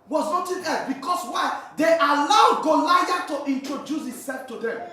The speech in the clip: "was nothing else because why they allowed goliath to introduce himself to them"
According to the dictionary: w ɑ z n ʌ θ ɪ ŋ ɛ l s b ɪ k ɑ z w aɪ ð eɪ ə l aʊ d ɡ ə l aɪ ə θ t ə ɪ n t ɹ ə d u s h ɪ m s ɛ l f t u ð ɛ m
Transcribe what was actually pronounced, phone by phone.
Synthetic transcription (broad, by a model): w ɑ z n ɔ t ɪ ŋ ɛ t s b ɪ k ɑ s w aɪ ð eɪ ə l aʊ d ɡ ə l aɪ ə t ə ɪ n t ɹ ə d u s h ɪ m s ɛ l f t u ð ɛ m